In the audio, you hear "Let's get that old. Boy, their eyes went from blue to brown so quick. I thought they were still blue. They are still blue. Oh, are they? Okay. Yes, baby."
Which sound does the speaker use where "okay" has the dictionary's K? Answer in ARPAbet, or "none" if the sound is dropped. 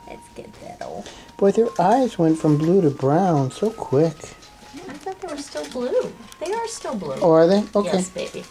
none